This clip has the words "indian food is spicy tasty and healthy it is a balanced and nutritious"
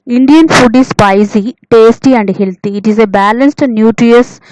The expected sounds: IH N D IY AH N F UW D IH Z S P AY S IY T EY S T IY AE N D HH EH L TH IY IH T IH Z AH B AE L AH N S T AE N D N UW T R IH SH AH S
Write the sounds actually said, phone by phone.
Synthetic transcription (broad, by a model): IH N D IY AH N F UW D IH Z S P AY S IY T EY S T IY AE N D HH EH L T IY T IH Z AH B AE L AH N S T N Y UW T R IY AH S